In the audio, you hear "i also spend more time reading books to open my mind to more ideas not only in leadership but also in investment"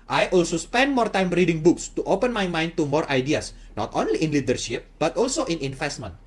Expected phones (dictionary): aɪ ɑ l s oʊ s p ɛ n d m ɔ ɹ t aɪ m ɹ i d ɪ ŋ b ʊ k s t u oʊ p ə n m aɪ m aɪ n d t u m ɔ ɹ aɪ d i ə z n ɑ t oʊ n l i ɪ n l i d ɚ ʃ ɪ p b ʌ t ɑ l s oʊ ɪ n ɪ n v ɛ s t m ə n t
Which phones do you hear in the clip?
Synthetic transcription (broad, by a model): aɪ ɑ l s oʊ s p ɛ n d m ɔ ɹ t aɪ m ɹ i d ɪ ŋ b ʊ k s t u oʊ p ə n m aɪ m aɪ n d t u m ɔ ɹ aɪ d i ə s n ɑ t oʊ n l i ɪ n l i d ɚ ʃ ɪ p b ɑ t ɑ l s oʊ ɪ n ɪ n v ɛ s t m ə n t